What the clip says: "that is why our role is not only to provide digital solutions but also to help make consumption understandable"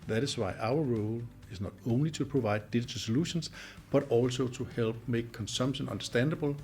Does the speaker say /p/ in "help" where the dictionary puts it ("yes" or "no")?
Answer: no